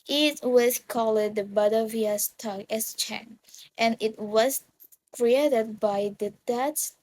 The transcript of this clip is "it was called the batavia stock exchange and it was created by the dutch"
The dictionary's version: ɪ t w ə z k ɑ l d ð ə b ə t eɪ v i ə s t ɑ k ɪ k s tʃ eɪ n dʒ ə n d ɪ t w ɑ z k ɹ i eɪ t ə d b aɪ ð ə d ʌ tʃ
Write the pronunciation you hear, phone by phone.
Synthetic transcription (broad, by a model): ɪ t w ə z k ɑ l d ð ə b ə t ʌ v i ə s t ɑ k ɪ s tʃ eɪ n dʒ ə n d ɪ t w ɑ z k ɹ i eɪ t ə d b aɪ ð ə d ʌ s